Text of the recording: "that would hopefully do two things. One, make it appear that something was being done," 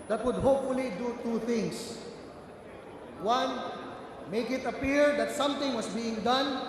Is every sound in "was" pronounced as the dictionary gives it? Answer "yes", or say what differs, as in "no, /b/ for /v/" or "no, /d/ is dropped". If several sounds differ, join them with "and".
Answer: no, /s/ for /z/